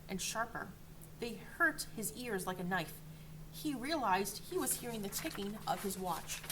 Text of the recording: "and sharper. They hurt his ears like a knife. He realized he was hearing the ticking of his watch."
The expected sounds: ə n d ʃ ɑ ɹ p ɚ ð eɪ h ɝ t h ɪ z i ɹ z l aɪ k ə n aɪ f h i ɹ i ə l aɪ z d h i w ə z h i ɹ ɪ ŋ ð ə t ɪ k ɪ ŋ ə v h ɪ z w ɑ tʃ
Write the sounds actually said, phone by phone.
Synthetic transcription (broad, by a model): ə n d ʃ ɑ ɹ p ɚ ð eɪ h ɝ t h ɪ z i ɹ z l aɪ k ə n aɪ f h i ɹ i ə l aɪ z d h i w ə z h i ɹ ɪ ŋ ð ə t ɪ k ɪ ŋ ə v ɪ z w ɑ tʃ